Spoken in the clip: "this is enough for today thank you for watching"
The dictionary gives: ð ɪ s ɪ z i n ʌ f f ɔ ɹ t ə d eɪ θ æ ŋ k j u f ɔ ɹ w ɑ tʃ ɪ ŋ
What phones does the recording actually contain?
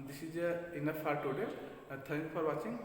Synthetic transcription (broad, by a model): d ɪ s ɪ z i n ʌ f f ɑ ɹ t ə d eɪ t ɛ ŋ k f ɔ ɹ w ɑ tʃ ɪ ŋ